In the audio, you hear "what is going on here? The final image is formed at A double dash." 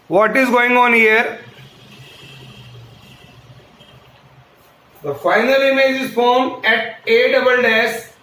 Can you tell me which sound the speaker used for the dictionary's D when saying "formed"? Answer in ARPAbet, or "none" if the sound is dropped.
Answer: none